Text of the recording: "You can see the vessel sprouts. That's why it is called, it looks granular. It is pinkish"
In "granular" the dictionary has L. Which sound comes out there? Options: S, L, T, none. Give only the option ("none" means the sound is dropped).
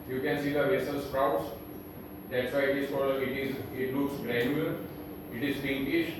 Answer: none